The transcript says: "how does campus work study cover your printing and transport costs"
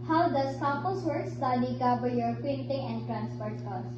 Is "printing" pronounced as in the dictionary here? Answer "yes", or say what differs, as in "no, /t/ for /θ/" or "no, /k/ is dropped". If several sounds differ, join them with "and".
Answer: no, /ɹ/ is dropped